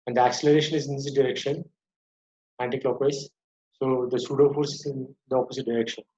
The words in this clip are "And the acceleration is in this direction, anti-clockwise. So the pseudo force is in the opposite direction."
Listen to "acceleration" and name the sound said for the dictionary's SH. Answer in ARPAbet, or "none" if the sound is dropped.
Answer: SH